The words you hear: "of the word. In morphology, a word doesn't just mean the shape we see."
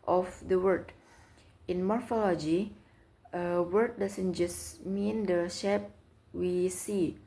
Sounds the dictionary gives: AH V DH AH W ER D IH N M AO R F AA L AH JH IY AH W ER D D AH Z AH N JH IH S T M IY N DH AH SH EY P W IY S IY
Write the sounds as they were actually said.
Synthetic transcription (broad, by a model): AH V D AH W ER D IH N M AO R F AA L AH JH IY AH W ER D D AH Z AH N JH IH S M IY N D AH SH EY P W IY S IY